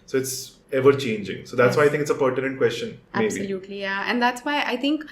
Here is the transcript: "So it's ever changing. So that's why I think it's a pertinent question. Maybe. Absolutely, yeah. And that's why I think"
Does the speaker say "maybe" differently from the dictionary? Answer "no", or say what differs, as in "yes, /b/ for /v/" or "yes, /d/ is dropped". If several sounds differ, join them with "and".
yes, /b/ is dropped